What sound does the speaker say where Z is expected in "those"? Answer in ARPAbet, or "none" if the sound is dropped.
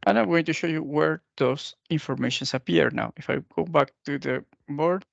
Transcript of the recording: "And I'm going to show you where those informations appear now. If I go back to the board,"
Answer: S